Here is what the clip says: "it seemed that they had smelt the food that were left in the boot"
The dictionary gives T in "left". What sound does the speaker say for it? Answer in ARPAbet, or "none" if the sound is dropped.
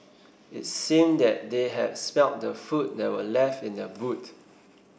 T